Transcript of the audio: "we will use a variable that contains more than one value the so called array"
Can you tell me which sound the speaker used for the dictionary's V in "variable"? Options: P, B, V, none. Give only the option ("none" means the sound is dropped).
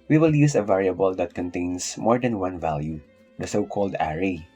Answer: V